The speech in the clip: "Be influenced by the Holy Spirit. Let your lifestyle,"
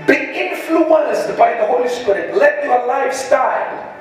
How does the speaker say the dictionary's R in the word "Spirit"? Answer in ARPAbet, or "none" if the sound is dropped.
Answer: R